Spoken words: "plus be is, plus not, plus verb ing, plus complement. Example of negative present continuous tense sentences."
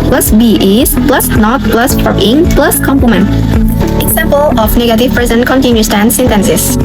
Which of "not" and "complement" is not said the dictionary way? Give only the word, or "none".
complement